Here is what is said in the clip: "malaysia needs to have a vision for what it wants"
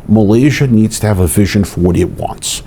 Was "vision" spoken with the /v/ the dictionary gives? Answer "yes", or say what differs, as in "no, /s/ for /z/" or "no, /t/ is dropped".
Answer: yes